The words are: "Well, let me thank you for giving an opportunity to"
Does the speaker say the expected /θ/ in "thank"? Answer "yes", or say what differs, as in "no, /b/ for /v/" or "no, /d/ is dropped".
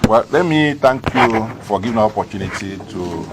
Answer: no, /t/ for /θ/